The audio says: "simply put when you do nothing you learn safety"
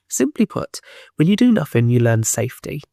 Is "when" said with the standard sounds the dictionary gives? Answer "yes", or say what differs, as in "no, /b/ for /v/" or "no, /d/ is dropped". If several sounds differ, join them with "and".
no, /l/ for /n/